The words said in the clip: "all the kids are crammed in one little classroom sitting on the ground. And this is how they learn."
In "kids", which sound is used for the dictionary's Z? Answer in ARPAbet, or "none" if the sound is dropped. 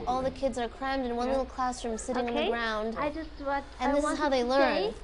Z